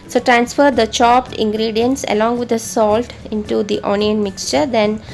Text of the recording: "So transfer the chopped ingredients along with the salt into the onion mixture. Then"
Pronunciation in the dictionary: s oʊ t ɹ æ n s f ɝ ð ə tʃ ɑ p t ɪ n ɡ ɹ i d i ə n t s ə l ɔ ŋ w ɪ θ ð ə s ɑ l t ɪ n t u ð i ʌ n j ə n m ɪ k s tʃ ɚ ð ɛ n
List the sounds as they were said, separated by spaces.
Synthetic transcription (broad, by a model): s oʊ t ɹ æ n s f ɝ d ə tʃ ɑ p t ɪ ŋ ɡ ɹ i d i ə n t s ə l ɔ ŋ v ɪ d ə s ɑ l t ɪ n t u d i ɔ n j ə n m ɪ k s tʃ ɚ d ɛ n